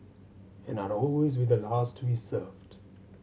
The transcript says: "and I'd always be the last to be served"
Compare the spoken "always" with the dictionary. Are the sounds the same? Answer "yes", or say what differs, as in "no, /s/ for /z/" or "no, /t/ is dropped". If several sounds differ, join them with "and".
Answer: yes